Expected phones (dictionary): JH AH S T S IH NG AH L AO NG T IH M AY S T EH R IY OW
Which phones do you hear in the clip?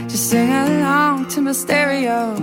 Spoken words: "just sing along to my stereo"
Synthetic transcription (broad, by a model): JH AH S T S IH NG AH AO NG T IH M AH S T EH R IY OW